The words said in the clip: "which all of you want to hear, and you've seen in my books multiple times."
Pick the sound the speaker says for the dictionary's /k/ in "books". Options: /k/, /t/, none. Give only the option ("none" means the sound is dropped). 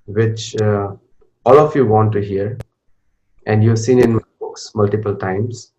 /k/